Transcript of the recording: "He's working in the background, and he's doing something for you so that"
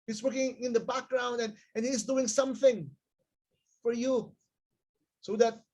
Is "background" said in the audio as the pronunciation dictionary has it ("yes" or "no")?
yes